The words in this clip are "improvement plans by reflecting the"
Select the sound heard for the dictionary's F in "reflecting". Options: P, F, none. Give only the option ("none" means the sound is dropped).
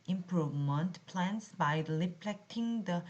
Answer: P